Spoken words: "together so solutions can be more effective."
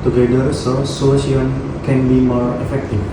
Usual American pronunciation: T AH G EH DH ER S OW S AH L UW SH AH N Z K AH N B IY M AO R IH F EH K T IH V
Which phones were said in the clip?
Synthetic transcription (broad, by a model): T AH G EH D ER S OW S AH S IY AH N K AH N B IY M AO R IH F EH K T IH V